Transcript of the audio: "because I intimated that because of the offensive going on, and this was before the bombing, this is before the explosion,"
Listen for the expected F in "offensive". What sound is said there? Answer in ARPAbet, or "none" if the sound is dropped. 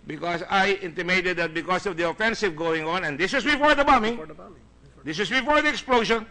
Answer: F